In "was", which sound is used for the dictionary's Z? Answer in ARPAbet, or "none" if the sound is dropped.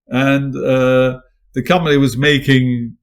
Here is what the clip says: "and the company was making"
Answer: Z